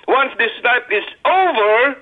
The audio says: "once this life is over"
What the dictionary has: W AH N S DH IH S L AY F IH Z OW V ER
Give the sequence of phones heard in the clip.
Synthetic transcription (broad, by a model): W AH N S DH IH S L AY P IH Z OW V ER